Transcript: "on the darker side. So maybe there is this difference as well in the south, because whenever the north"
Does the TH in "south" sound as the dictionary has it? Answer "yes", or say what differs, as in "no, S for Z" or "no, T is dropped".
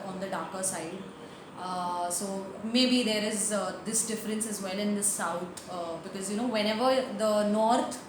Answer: no, T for TH